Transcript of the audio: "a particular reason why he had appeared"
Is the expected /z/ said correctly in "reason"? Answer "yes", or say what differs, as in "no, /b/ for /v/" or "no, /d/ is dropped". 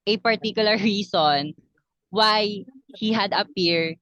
no, /s/ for /z/